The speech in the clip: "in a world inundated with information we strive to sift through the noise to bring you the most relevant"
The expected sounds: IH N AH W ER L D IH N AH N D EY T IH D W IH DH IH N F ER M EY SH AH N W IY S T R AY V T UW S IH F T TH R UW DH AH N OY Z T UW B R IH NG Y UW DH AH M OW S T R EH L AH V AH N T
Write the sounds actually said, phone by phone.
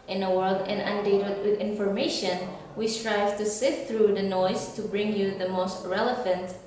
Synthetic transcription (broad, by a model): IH N AH W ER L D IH N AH N D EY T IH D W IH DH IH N F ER M EY SH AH N W IY S T R AY V T UW S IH T TH R UW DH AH N OY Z T UW B R IH NG Y UW DH AH M OW S T R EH L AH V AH N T